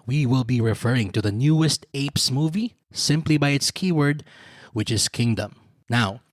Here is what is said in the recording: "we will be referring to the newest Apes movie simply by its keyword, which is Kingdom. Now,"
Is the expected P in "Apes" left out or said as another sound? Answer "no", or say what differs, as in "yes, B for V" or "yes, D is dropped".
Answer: no